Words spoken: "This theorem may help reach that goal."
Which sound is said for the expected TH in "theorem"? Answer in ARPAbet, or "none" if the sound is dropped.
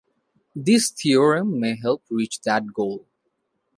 T